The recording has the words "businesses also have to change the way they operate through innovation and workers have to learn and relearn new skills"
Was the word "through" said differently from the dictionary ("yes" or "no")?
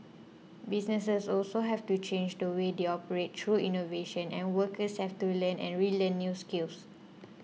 yes